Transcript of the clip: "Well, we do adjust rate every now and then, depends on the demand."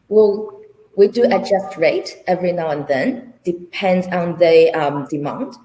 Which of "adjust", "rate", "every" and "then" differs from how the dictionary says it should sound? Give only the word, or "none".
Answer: none